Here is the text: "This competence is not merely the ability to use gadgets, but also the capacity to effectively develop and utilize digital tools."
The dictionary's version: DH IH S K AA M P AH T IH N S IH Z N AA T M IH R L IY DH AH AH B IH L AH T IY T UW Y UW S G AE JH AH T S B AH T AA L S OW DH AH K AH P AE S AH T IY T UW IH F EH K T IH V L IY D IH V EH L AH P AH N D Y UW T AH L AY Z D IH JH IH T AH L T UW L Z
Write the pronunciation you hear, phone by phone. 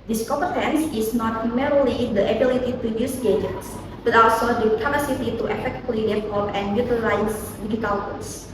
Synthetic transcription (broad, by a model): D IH S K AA P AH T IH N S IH S N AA T M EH R L IY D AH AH B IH L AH T IY T UW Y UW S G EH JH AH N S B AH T AA L S OW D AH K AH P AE S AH T IY T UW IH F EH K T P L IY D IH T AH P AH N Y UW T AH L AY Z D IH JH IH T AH L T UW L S